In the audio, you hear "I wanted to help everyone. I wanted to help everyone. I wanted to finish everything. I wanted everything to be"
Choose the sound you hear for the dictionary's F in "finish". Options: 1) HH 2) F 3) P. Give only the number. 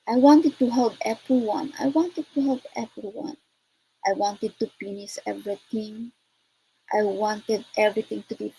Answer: 3